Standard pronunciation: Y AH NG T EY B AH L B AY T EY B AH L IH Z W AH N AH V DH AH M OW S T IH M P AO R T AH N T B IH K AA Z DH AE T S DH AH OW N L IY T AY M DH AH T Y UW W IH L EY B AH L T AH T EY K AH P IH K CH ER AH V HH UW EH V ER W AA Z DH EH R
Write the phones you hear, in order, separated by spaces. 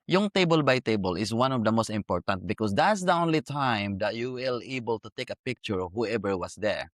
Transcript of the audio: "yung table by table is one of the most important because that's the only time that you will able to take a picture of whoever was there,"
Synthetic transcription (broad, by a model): Y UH NG T EY B AH L B AY T EY B AH L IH S W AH N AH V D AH M OW S T IH M P AO R T AH N T B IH K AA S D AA T S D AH OW N L IY T AY M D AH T Y UW W IH L EY B AH L T AH T EY K AH P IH K CH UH AH V HH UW EH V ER W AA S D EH R